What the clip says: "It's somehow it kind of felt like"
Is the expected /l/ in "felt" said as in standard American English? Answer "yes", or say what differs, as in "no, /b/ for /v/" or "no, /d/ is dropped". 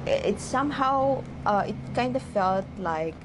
yes